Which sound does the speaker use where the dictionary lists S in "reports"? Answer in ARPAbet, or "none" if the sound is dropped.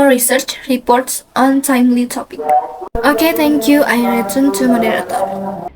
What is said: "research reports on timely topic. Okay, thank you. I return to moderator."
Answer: S